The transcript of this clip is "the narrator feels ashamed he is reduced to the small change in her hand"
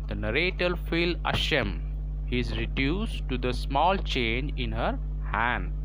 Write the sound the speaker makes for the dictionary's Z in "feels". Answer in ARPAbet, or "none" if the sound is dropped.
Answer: none